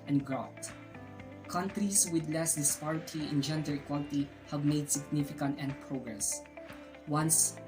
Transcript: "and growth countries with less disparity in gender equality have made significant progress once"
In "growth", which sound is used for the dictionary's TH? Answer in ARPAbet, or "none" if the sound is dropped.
T